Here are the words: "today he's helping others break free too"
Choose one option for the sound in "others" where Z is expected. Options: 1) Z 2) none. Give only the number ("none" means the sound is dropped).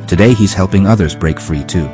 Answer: 1